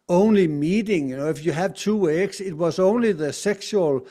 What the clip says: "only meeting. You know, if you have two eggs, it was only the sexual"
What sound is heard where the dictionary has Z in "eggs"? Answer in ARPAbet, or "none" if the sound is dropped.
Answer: S